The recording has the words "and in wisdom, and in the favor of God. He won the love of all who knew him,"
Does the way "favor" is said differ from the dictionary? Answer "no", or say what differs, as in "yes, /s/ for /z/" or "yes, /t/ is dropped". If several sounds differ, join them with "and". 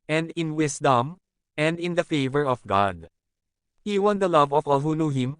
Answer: no